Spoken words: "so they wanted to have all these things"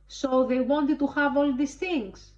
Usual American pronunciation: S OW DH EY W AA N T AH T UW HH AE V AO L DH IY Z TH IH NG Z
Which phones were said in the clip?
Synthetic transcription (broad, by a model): S OW DH EY W AA N T AH T UW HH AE V AO L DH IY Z TH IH NG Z